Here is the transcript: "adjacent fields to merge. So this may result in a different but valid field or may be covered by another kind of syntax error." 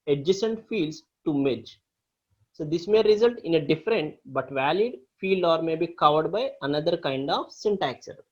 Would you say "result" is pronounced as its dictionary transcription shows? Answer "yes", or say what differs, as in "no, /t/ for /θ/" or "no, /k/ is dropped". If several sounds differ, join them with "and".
yes